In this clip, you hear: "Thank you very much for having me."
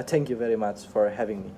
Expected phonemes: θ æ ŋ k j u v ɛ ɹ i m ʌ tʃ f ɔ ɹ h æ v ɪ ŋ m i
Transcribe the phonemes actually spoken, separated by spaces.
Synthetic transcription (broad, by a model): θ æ ŋ k j u v ɛ ɹ i m ʌ tʃ f ɔ ɹ h æ v ɪ ŋ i